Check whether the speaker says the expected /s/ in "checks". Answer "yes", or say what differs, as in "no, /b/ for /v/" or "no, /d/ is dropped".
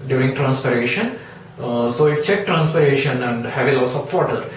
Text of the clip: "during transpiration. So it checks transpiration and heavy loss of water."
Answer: no, /s/ is dropped